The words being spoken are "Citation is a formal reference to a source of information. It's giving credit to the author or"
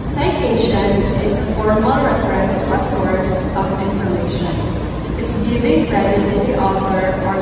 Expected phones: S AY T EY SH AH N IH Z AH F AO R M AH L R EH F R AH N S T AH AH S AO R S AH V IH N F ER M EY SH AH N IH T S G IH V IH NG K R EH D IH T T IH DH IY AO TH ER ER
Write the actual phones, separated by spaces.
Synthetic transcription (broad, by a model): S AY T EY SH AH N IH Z AH P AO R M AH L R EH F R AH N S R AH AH S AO R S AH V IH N F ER M EY SH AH N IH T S G IH V IH NG R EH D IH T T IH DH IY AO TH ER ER